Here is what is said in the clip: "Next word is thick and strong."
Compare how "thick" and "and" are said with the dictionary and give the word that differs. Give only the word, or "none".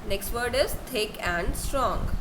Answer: thick